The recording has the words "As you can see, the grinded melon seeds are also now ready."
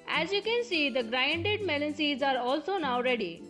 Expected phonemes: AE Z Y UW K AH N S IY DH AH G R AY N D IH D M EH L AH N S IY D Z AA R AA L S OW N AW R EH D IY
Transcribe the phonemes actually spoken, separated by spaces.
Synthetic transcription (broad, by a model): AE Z Y UW K AH N S IY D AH G R AY N D IH D M EH L AH N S IY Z AA R AA L S OW N AW R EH D IY